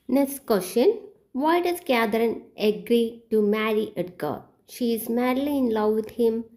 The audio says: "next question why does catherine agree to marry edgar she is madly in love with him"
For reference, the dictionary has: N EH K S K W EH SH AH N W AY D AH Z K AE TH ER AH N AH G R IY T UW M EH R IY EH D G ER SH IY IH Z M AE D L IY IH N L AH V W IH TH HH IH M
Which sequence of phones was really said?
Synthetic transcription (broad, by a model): N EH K S K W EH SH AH N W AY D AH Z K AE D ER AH N AH G R IY T UW M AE R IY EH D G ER SH IY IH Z M AE D L IY IH N L AH V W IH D HH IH M